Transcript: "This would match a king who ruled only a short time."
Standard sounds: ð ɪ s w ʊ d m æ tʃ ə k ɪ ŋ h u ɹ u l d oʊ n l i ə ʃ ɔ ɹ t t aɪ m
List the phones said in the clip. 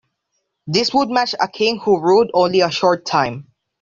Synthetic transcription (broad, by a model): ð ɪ s w ʊ d m æ tʃ ə k ɪ ŋ h u ɹ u d oʊ n l i ə ʃ ɔ ɹ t t aɪ m